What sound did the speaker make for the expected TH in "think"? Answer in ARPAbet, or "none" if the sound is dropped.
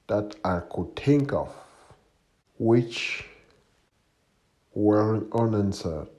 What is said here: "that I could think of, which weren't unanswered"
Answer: T